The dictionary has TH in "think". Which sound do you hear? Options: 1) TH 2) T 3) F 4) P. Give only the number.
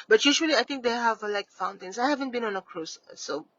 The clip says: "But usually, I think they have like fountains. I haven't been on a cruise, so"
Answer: 2